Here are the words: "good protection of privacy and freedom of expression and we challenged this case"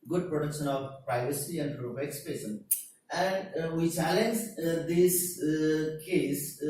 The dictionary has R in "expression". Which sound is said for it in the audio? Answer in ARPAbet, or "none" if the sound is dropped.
none